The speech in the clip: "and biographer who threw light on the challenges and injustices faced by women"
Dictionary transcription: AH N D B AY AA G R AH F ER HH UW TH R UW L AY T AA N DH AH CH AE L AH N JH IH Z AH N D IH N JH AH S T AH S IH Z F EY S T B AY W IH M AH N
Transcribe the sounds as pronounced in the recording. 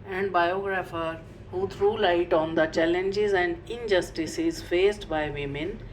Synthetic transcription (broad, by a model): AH N D B AY AA G R AH F ER HH UW T R UW L AY T AA N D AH CH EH L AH N JH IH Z AH N D IH N JH AH S T AH S IH Z F EY S T B AY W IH M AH N